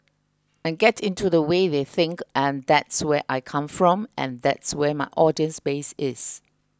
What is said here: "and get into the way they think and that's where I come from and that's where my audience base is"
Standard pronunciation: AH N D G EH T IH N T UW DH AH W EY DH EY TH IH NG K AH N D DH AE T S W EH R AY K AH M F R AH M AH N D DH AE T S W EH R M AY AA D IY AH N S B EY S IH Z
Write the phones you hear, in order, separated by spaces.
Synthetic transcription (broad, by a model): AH N G EH T IH N T UW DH AH W EY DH EY TH IH NG K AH N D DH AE T S W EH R AY K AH M F R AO M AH N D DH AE T S W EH M AY AA D IY AH N S B EY S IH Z